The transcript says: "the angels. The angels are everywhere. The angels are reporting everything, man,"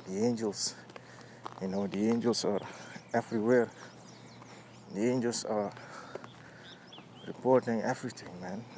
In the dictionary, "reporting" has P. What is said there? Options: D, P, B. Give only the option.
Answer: P